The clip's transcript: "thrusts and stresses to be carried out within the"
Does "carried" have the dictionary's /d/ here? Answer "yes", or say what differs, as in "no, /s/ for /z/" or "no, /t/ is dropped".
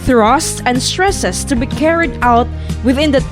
yes